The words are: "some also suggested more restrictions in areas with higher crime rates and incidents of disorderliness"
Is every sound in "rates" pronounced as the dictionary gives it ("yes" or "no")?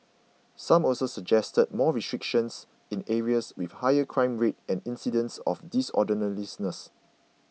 no